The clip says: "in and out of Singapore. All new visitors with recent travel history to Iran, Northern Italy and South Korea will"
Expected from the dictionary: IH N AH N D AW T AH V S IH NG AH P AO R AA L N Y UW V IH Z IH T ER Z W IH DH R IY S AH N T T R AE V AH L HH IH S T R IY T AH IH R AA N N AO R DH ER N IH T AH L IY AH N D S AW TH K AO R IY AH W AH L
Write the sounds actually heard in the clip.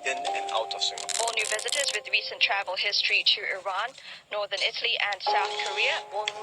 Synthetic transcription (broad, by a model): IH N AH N AW T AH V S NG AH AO AA L N Y UW V IH Z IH T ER Z W IH DH R IY S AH N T T R AE V AH L HH IH S T R IY T AH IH R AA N N AO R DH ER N IH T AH L IY AH N D S AW TH K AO R IY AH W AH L